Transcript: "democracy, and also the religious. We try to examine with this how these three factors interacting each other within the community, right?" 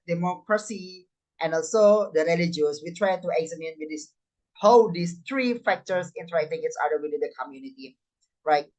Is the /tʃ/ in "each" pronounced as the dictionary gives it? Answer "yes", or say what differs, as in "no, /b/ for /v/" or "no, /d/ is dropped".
no, /s/ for /tʃ/